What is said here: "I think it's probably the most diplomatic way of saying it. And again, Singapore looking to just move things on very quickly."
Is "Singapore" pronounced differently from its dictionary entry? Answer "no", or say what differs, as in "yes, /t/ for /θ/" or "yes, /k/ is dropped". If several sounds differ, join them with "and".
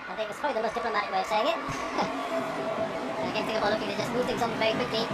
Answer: yes, /θ/ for /s/ and /b/ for /p/